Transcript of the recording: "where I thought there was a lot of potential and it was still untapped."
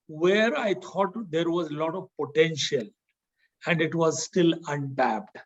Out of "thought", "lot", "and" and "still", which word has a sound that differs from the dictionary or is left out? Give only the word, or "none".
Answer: thought